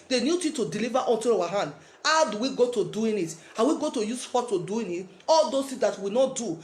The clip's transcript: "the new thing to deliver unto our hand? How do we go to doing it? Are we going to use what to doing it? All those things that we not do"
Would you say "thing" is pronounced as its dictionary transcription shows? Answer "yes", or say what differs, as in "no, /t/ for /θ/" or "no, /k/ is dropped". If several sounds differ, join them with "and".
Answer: no, /t/ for /θ/